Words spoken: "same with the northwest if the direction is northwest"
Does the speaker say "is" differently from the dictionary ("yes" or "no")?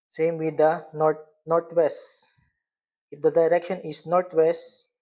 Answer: yes